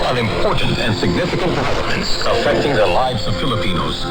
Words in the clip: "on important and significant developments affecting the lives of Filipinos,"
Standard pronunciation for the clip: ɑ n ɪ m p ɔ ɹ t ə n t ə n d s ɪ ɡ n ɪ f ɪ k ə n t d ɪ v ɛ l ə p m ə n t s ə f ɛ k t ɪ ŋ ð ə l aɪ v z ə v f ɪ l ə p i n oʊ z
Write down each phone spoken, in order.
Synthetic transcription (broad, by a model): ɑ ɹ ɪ m p ɔ ɹ t n t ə n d s ɪ ɡ n ɪ f ɪ k ə n t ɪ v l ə m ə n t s ə f ɛ k t ɪ ŋ ð ə l aɪ v z ə v f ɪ l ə p i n oʊ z